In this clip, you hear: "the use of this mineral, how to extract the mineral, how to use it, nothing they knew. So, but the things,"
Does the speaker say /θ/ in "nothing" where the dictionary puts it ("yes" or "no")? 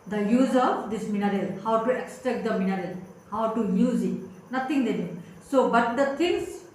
no